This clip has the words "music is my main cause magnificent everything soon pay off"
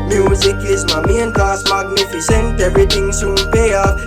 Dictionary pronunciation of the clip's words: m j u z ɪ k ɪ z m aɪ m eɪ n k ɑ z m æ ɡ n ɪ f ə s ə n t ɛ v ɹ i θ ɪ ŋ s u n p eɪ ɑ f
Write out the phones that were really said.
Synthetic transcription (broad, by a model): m j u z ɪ k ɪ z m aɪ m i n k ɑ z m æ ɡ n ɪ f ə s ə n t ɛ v ɹ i t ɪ ŋ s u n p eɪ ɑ